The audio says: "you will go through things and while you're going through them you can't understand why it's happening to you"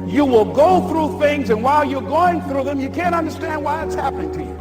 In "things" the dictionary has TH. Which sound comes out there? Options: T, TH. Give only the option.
TH